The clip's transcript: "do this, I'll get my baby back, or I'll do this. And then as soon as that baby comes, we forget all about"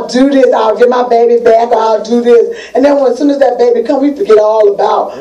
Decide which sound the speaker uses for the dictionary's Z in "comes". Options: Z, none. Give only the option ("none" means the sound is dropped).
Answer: none